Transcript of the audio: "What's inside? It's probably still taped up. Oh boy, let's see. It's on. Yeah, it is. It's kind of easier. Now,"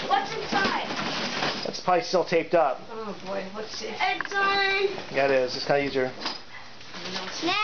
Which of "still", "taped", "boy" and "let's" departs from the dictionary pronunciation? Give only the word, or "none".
let's